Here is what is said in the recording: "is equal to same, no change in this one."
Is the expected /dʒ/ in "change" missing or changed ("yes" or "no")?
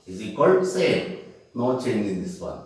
yes